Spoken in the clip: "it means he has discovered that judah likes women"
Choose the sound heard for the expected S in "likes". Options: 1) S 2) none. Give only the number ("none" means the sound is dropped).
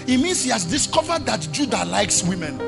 1